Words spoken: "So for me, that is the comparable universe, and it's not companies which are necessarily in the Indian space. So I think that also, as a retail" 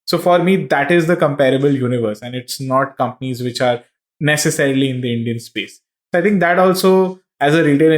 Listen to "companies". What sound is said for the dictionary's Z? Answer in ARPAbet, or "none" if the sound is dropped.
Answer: Z